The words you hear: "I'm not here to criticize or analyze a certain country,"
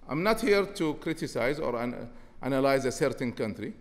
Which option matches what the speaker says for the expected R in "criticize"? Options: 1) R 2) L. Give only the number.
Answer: 1